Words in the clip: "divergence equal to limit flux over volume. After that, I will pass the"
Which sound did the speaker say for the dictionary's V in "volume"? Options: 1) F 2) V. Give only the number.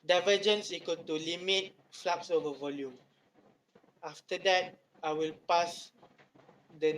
2